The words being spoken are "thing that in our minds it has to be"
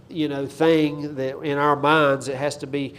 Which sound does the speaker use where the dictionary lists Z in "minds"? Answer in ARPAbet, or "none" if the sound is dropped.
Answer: Z